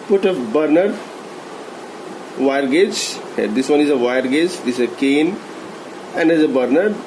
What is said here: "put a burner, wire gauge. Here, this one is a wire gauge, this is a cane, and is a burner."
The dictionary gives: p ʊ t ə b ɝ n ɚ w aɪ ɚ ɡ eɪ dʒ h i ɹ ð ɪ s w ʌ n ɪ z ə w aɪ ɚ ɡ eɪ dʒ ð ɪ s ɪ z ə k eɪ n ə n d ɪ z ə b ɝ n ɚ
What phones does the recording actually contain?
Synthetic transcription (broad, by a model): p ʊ t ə b ɝ n ɚ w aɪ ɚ ɡ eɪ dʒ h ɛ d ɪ s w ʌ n ɪ z ə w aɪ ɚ ɡ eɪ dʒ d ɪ s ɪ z ə k eɪ n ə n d ɪ z ə b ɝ n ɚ